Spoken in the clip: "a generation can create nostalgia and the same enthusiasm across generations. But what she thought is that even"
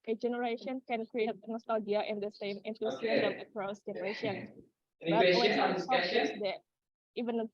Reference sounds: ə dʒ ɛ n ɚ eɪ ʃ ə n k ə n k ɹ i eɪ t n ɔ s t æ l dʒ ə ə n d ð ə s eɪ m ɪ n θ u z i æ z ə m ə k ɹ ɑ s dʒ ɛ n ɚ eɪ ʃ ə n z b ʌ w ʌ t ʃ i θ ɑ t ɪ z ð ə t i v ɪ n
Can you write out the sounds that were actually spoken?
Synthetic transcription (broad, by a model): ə dʒ ɛ n ɚ eɪ ʃ ə n k ə n k ɹ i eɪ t n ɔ s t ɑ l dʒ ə ə n d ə s eɪ m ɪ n t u s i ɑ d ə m ə k ɹ ɑ s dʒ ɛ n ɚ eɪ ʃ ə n b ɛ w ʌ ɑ s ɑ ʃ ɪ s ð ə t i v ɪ n